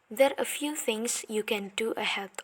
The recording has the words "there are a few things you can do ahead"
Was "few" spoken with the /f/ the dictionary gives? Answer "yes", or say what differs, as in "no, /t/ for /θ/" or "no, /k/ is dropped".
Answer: yes